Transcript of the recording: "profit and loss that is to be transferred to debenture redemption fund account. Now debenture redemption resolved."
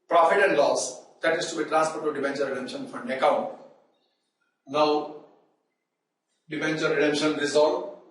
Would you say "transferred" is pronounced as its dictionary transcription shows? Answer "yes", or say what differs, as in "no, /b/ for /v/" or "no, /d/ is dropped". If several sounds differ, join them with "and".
no, /n/ is dropped